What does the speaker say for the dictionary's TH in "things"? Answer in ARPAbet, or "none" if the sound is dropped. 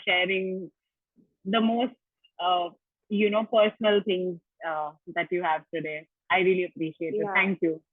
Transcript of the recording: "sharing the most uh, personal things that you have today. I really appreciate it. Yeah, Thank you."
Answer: T